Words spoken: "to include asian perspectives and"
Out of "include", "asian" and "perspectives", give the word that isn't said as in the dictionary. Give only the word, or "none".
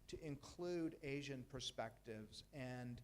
none